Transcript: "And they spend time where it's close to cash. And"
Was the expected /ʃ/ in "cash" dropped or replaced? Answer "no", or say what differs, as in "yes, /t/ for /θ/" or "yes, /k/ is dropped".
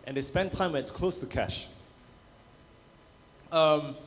no